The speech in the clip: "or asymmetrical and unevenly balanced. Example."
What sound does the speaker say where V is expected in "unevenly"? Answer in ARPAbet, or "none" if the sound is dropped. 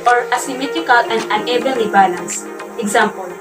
B